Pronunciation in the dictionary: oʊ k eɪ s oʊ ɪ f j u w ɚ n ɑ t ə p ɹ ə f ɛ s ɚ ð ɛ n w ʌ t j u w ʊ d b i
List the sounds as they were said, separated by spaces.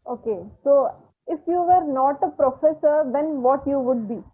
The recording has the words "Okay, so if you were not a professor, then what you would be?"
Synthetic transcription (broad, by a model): oʊ k eɪ s oʊ ɪ f j u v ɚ n ɑ t ə p ɹ ə f ɛ s ɚ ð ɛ n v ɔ t j u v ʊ d b i